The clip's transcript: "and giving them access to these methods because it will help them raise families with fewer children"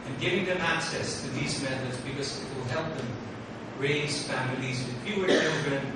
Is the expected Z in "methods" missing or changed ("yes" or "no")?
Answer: no